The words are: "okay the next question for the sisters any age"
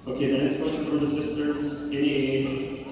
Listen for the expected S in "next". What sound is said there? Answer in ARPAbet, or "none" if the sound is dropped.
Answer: S